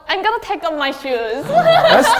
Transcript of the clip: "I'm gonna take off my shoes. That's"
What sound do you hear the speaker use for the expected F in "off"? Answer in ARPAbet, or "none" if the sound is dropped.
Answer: P